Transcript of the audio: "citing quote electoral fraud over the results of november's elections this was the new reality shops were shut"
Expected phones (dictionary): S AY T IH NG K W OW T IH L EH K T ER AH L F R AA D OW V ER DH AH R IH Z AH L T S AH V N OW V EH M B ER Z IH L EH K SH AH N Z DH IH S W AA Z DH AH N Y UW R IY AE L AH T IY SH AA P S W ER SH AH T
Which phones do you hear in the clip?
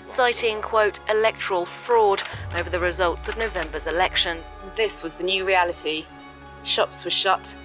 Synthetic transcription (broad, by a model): S AY T IH NG K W OW T IH L EH K T ER AH L F R AA D OW V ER DH AH R IH Z AH L T S AH V N OW V EH M B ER Z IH L EH K SH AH N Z DH IH S W AA Z DH AH N Y UW R IY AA L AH T IY SH AA P S W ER SH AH T